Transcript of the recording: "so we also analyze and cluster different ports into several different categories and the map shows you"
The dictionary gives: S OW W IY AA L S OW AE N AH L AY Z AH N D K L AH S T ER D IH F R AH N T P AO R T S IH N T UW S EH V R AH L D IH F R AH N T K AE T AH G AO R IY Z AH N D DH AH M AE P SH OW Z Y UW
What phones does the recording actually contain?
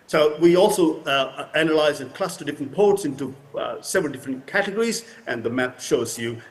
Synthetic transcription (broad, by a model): S OW W IY AA L S OW AE N AH L AY Z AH N K L AH S T ER D IH F R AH N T P AO R T S IH N T UW S EH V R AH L D IH F R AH N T K AE T AH G AO R IY Z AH N DH AH M AE P SH OW Z Y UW